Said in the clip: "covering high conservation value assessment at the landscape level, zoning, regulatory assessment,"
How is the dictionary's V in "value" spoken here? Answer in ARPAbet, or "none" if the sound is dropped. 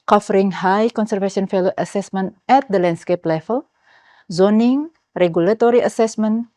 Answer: F